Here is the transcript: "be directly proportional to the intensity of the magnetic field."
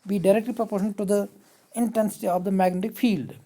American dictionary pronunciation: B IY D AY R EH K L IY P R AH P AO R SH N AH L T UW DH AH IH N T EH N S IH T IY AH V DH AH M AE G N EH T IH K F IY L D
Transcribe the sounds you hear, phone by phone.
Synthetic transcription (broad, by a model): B IY D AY R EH K L IY P R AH P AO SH AH N T UW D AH IH N T EH N S IH T IY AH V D AH M AE G N EH T IH K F IY L D